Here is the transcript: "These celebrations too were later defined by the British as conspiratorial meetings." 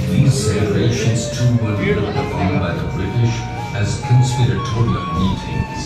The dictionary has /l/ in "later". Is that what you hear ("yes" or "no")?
no